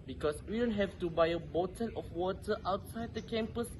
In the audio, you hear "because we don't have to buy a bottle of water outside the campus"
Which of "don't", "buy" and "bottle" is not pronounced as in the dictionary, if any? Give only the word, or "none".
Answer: bottle